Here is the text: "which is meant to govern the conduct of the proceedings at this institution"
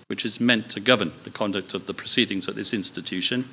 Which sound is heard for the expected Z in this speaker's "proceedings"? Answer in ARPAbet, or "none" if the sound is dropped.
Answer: Z